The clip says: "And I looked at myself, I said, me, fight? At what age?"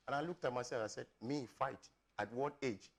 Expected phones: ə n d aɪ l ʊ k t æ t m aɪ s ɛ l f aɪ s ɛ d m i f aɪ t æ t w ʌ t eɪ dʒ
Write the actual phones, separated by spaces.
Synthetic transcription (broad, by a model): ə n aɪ l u k t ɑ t m aɪ s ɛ f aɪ s ɛ d m i f aɪ t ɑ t w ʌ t eɪ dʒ